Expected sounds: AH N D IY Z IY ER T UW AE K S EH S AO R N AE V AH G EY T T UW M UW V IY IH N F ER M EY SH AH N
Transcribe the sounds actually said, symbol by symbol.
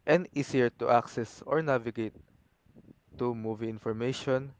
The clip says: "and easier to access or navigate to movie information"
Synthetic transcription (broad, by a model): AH N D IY S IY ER T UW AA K S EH S AO R N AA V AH G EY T T UW M UW V IY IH N F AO M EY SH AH N